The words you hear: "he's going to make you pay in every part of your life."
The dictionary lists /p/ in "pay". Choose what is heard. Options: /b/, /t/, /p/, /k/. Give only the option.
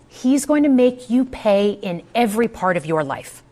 /p/